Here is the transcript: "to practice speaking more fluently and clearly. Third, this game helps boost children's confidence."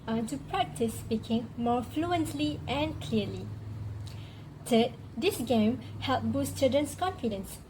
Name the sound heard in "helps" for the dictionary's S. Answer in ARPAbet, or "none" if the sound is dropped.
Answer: none